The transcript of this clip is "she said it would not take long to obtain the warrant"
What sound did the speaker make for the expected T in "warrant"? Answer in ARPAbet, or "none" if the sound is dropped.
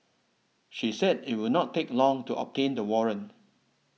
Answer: none